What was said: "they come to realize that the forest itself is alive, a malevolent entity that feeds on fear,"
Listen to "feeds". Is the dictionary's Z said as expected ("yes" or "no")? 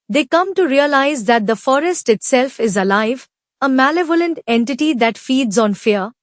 yes